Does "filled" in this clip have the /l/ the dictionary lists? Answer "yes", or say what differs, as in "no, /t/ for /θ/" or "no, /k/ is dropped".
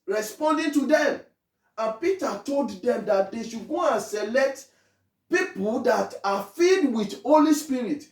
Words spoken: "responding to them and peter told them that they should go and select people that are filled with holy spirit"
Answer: no, /l/ is dropped